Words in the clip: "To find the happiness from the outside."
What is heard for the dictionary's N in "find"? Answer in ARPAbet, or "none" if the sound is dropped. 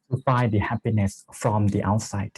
none